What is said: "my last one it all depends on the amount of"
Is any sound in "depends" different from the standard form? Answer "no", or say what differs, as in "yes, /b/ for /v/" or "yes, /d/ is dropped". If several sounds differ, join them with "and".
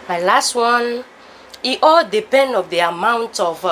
yes, /z/ is dropped